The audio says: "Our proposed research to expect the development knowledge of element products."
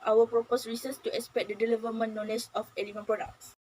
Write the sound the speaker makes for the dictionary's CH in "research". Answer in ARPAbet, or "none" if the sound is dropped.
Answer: S